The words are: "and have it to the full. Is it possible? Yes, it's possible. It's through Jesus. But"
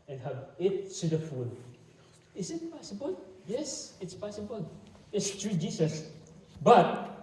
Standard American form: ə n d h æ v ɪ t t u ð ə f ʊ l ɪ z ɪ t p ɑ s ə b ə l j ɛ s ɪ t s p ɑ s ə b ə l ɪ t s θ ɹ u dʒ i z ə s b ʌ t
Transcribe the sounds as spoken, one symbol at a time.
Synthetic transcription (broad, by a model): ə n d h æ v ɪ t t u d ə f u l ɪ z ɪ t p ɑ s ə b ə l j ɛ s ɪ t s p ɑ s ə b ə l ɪ t s t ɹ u dʒ i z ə s b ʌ t